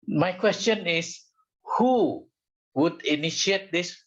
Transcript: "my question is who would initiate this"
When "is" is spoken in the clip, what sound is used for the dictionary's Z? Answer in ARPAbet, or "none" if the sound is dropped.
S